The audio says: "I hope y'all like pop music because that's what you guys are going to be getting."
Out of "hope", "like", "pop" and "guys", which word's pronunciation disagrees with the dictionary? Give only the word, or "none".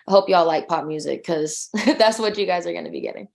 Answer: none